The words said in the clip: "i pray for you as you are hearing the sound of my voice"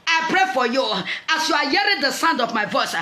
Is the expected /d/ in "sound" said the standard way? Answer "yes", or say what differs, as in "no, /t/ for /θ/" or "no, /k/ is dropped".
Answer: yes